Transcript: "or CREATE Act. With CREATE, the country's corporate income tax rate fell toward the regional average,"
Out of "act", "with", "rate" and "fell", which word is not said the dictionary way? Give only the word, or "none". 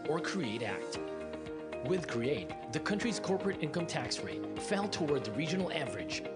none